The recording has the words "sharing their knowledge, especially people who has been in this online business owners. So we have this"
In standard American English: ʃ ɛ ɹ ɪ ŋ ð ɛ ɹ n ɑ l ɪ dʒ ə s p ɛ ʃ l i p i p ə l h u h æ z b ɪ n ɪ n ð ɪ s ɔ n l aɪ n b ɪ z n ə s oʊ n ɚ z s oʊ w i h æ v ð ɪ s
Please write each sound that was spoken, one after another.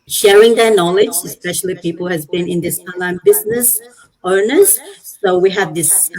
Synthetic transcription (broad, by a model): ʃ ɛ ɹ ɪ ŋ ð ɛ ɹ n ɑ l ɪ dʒ ə s p ɛ ʃ l i p i p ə l h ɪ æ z b ɪ n ɪ n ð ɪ s ɔ n l aɪ n b ɪ z n ə s oʊ n ɚ z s oʊ w i h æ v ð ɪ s